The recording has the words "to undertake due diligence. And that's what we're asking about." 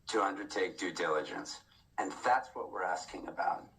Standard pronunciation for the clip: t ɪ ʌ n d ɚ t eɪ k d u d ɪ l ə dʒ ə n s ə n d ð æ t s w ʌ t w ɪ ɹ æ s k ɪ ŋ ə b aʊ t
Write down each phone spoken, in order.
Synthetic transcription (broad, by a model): t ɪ ʌ n d ɚ t eɪ k d u d ɪ l ə dʒ ə n s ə n ð æ t s w ʌ t w ɪ ɹ æ s k ɪ ŋ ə b aʊ t